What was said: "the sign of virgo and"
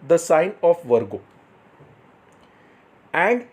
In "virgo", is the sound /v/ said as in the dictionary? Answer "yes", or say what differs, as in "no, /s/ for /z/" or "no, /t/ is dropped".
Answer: yes